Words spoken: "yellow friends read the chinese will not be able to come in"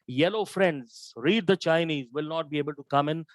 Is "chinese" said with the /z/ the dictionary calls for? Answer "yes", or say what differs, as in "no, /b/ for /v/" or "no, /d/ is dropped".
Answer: yes